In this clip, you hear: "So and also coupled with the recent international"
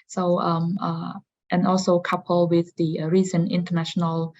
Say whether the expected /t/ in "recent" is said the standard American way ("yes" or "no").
no